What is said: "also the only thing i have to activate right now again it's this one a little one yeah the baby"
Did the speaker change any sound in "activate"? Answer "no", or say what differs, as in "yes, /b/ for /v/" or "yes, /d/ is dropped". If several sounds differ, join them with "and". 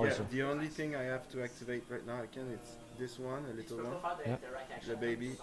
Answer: no